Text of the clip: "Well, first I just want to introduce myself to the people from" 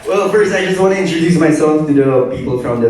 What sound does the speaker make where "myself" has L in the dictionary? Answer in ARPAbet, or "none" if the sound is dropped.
N